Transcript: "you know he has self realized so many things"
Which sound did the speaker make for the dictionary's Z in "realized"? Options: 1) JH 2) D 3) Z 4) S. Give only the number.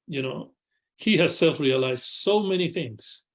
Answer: 3